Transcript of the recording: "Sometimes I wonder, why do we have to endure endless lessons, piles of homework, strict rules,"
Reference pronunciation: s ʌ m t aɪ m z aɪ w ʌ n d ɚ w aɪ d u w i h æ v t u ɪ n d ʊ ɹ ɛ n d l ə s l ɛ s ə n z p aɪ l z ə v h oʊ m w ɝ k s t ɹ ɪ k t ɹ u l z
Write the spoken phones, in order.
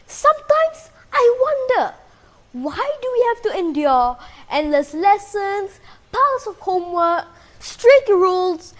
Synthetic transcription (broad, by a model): s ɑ m t aɪ m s aɪ w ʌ n d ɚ w aɪ d u w i h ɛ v t u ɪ n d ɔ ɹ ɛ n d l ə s l ɛ s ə n s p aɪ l s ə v h oʊ m w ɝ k s t ɹ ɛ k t ɹ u l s